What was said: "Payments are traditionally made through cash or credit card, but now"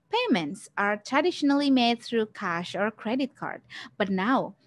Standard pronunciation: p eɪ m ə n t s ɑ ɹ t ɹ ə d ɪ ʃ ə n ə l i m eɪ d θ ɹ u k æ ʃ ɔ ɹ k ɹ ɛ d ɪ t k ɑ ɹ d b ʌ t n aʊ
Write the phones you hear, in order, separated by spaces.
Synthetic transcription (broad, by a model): p eɪ m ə n t s ɑ ɹ t ɹ ə d ɪ ʃ ə n ə l i m eɪ d θ ɹ u k æ ʃ ɔ ɹ k ɹ ɛ d ɪ t k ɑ ɹ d b ʌ t n aʊ